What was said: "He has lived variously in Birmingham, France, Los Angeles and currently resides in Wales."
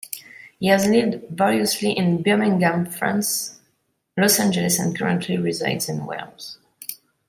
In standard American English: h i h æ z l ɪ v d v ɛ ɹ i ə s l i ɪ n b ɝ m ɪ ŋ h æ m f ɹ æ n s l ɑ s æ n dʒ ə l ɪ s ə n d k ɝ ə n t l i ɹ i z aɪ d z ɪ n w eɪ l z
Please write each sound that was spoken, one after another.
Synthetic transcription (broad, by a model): h i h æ z l ɪ v d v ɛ l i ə s l i ɪ n b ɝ m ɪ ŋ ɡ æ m f ɹ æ n s l ɑ s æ n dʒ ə l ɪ s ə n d k ɝ ə n t l i ɹ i z aɪ d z ɪ n w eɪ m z